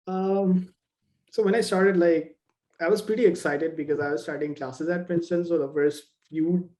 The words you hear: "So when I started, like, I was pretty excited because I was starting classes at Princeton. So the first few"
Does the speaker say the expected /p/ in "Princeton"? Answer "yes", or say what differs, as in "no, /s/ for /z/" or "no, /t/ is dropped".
no, /f/ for /p/